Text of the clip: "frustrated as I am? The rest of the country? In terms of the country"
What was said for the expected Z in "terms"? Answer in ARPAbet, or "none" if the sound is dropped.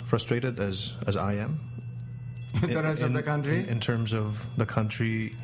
Z